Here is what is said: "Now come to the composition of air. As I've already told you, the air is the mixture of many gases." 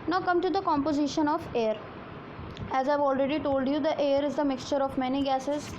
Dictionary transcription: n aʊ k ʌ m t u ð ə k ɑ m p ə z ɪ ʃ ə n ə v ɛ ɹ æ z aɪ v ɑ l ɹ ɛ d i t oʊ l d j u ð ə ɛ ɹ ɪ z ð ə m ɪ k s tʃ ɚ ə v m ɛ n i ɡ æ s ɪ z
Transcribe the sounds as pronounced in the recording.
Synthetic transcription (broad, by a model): n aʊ k ʌ m t u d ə k ɑ m p ə z ɪ ʃ ə n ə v ɛ ɹ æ z aɪ v ɑ l ɹ ɛ d i t oʊ l d j u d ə ɛ ɹ ɪ z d ə m ɪ k s tʃ ɚ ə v m ɛ n i ɡ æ s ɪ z